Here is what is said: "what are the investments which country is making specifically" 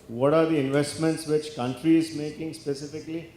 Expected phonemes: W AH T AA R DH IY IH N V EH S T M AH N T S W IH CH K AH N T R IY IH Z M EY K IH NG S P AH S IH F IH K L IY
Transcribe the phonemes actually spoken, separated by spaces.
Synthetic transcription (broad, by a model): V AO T AA R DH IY IH N V EH S T M AH N T S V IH CH K AH N T R IY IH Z M EY K IH NG S P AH S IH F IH K L IY